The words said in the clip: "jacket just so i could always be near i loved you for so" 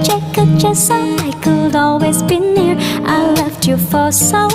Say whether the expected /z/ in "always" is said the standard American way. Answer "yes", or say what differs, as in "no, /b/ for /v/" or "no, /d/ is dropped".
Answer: yes